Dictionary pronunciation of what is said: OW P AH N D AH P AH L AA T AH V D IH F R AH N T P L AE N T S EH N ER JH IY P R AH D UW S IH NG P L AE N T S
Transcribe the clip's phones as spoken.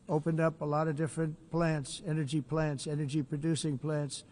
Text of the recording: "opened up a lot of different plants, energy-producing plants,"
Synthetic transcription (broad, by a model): OW P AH N D AH P AH L AA T AH V D IH F R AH N T P L AE N T S EH N ER JH IY P R AH D UW S IH NG P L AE N T S